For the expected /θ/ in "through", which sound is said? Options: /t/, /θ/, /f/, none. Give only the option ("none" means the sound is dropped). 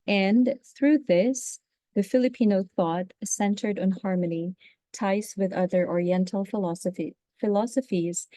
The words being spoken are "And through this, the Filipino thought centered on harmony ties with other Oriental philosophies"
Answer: /θ/